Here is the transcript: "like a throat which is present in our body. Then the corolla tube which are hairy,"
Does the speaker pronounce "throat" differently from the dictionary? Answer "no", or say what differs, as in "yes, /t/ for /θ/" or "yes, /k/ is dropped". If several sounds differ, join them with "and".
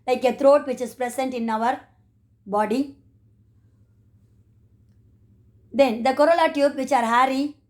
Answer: yes, /t/ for /θ/